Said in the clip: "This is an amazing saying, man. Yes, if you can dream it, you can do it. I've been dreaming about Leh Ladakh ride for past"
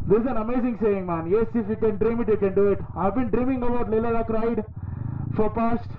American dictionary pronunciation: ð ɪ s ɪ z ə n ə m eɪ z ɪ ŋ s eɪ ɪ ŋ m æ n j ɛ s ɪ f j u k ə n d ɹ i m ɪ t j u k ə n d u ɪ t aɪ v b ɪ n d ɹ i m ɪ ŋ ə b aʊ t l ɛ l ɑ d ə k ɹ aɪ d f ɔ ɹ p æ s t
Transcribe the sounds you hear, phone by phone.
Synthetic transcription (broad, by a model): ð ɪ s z ə n ə m eɪ z ɪ ŋ s eɪ ɪ ŋ m æ n j ɛ s ɪ f j u k ə n d ɹ i m ɪ t j u k ə n d u ɪ t aɪ v b ɪ n d ɹ i m ɪ ŋ ə b aʊ t l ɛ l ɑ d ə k ɹ aɪ d f ɔ ɹ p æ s t